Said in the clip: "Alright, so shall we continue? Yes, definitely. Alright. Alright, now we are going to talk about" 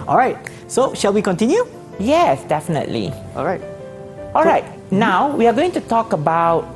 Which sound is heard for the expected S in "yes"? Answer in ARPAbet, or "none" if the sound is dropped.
S